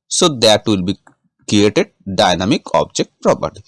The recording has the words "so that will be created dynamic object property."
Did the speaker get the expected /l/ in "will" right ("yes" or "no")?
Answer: yes